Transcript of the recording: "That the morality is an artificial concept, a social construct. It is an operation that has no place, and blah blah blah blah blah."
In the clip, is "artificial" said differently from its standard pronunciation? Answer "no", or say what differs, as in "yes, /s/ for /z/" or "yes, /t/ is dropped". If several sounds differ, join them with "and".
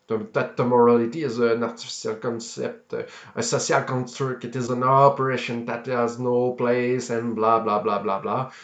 yes, /s/ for /ʃ/